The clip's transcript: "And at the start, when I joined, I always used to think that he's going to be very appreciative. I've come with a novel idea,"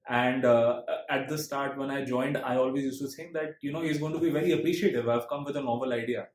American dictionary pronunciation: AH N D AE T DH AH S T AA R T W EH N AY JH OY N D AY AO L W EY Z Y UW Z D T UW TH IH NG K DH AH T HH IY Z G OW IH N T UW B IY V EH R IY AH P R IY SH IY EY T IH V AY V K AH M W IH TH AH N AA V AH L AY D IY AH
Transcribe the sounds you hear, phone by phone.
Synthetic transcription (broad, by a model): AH N D AE T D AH S T AA R T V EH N AY JH OY N D AY AO L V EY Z Y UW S T UW S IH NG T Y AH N HH IY Z G OW IH N T UW B IY V EH R IY AH P R IY SH IY EY T IH V AY V K AH M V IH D AH N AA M AH L AY D IY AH